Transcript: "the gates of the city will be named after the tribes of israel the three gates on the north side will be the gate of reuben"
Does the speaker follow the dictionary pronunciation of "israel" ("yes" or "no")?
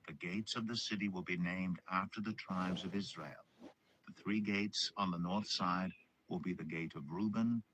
yes